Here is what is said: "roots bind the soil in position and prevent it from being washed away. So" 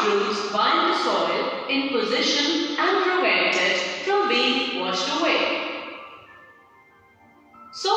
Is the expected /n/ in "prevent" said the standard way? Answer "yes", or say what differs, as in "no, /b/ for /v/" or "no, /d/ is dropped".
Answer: no, /n/ is dropped